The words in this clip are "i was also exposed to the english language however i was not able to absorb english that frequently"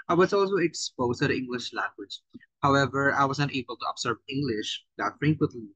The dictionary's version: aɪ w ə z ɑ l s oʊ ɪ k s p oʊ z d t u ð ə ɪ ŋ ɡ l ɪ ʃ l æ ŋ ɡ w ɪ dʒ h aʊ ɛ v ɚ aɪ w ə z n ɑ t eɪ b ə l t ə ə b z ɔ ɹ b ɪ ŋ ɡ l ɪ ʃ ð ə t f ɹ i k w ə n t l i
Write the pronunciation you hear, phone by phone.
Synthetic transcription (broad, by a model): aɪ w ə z ɑ l s oʊ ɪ k s p oʊ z t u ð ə ɪ ŋ ɡ l ɪ ʃ l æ ŋ ɡ w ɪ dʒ h aʊ ɛ v ɚ aɪ w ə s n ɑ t eɪ b ə l t ə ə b s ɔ ɹ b ɪ ŋ ɡ l ɪ ʃ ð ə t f ɹ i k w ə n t l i